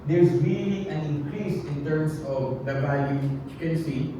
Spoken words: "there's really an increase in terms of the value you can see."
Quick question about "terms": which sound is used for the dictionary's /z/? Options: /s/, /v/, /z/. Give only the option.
/s/